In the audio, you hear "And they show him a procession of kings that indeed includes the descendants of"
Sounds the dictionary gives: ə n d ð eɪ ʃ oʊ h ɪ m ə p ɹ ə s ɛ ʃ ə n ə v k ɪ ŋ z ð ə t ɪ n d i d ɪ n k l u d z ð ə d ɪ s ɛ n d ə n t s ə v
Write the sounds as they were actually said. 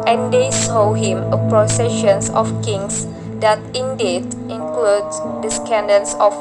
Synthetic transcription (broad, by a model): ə n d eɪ s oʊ h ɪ m ə p ɹ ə s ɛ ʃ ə n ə f k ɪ ŋ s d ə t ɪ n d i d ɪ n k l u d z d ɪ s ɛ n d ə n s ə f